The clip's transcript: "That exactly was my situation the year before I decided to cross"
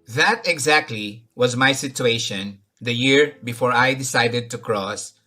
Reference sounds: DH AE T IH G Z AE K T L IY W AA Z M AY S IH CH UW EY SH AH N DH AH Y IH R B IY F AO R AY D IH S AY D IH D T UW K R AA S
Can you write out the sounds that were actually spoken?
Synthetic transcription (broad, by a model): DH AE T IH G Z AE K T L IY W AA Z M AY S IH CH UW EY SH AH N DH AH Y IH R B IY F AO R AY D IH S AY D IH D T UW K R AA S